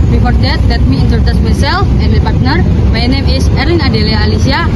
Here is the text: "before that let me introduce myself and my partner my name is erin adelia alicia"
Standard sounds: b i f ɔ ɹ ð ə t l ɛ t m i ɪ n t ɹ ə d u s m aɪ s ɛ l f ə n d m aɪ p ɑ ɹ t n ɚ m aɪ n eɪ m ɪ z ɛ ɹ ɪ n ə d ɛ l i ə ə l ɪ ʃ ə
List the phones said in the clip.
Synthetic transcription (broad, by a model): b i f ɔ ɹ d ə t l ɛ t m i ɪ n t ə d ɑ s m aɪ s ɛ l f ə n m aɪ p ɑ ɹ t n ɚ m aɪ n eɪ m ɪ s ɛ ɹ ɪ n ə d ɛ l i ə l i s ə